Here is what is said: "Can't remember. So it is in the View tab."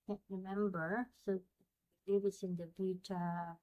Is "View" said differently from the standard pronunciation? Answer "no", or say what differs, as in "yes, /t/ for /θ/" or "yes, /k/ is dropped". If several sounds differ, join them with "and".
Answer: yes, /b/ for /v/